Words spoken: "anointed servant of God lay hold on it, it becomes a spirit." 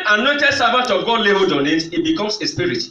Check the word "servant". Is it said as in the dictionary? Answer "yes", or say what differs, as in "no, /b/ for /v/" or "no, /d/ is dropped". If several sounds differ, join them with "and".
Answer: no, /n/ is dropped